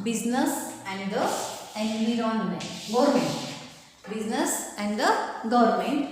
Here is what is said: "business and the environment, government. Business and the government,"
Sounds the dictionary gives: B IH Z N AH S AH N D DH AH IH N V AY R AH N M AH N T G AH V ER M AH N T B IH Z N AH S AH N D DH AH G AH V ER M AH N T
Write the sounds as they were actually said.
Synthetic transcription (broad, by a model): B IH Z N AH S AH N D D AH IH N IY R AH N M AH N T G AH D M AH N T B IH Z N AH S AH N D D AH G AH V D M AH N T